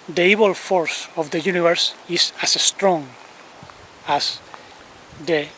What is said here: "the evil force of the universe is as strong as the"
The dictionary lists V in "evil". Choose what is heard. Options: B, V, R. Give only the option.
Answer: B